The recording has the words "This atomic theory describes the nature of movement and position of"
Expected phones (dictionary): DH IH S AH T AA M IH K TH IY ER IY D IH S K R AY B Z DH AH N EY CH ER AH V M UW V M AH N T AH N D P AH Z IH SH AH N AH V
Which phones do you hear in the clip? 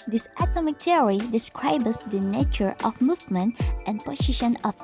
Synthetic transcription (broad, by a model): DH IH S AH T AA M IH K T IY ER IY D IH S K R AY B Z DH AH N EY CH ER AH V M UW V M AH N T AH N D P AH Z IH SH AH N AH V